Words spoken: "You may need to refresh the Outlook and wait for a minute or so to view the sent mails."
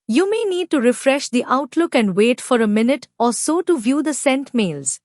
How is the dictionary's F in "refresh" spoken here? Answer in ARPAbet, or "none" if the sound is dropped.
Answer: F